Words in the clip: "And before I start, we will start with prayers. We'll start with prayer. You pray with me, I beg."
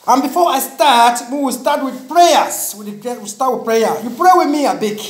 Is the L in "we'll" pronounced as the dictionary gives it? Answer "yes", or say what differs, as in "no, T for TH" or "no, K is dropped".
no, W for L